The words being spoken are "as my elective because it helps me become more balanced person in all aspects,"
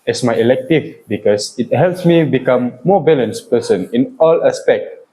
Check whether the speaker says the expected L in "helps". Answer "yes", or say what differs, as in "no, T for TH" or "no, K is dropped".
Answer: yes